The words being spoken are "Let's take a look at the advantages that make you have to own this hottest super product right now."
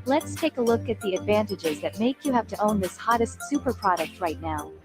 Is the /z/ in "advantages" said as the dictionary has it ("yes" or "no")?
yes